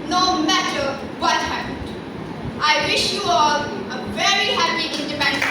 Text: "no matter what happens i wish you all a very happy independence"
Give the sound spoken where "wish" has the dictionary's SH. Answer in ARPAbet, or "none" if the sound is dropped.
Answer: SH